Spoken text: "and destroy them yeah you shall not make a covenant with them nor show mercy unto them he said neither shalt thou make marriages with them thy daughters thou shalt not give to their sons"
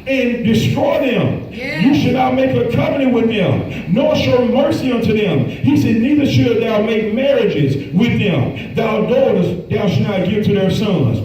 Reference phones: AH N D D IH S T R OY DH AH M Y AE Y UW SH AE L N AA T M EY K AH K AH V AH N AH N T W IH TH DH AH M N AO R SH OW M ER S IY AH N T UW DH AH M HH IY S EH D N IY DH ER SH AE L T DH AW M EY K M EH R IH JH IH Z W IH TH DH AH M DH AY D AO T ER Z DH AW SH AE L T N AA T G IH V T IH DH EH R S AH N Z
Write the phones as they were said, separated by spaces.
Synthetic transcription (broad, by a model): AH N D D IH S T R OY DH AH M Y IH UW SH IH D N AA T M EY K AH K AH P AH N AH W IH DH AH M N AO R SH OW M ER S IY AH N T UW DH AH M HH IY S EH D N IY DH ER SH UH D DH AW M EY K M EH R IH JH IH Z W IH DH AH M DH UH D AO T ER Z DH AW SH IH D N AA T G IH V T IH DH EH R S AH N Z